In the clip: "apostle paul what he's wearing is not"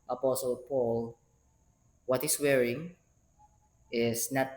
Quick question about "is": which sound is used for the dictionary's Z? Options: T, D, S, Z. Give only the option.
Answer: S